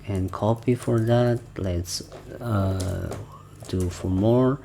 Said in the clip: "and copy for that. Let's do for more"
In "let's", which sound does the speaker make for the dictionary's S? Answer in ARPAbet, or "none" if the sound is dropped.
S